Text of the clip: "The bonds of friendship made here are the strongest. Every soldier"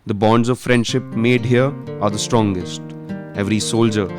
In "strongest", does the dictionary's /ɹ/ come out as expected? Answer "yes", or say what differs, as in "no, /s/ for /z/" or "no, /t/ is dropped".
yes